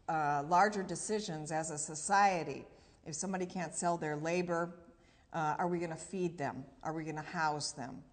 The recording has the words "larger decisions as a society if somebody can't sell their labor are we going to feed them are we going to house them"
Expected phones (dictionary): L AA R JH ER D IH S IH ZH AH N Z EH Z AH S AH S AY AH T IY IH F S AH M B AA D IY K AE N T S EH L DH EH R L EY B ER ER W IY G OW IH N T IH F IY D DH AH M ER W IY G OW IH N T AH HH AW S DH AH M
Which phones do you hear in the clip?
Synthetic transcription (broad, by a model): L AA R JH ER D IH S IH ZH AH N Z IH Z AH S AH S AY AH T IY IH F S AH M B AA D IY K AE N T S EH L DH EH R L EY B ER ER W IY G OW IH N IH F IY D DH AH M ER W IY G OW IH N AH HH AW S DH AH M